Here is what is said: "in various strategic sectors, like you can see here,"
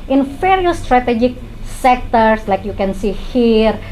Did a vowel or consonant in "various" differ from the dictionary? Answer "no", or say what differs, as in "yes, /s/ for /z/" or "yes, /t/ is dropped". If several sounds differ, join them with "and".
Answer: yes, /f/ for /v/